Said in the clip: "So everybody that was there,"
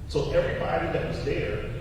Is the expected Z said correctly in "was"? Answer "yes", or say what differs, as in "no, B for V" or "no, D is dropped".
yes